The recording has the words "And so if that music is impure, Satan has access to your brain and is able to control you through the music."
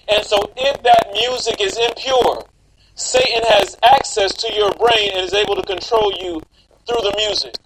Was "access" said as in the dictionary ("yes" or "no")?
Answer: yes